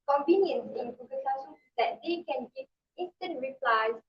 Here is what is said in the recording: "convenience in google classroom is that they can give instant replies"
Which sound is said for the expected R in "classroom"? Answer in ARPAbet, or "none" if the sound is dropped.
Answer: none